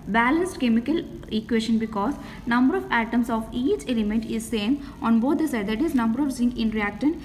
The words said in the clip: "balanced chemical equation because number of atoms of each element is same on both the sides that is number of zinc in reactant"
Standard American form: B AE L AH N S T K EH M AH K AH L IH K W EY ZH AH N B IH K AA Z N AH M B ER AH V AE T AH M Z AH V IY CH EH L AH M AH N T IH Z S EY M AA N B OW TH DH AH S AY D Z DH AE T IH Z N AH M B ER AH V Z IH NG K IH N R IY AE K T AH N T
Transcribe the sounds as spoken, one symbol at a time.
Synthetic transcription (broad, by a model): B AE L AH N S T K EH M AH K AH L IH K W EY SH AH N B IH K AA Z N AH M B ER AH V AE T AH M S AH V IY CH EH L AH M AH N T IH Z S EY M AA N B OW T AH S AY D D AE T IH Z N AH M B ER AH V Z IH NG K IH N R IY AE K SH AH N